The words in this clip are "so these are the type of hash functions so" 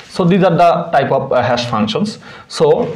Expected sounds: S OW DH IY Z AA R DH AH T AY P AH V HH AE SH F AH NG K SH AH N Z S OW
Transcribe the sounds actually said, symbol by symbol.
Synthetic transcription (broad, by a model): S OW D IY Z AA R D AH T AY P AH P HH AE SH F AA NG K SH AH N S S OW